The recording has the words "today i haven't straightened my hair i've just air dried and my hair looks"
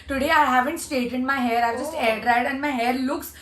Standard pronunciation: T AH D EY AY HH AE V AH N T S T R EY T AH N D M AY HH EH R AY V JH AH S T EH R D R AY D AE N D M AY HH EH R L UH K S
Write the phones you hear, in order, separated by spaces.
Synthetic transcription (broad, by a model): T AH D EY AY HH AE V AH N T S T EY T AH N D M AY HH EH R AY V JH AH S T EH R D R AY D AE N M AY HH EH R L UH K S